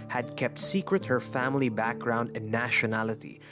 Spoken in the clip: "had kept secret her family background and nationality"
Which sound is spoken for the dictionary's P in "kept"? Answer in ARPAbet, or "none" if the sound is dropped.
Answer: P